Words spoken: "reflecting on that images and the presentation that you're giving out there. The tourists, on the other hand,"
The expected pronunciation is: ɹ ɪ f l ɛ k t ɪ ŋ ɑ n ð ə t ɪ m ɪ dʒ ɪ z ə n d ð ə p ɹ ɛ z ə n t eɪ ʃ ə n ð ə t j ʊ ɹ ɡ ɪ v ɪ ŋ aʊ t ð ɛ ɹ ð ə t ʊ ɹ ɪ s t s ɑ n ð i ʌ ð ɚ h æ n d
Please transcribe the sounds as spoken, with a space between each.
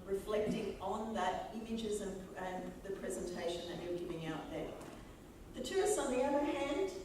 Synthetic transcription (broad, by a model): ɹ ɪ f l ɛ k t ɪ ŋ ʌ n ð ə t ɪ m ɪ dʒ ɪ z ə n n ð ə p ɹ ɛ z ə n t eɪ ʃ ə n ð ə t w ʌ ɹ ɡ ɪ v ɪ ŋ aʊ t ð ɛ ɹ ð ə t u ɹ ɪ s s n ð i ʌ ð ɚ h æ n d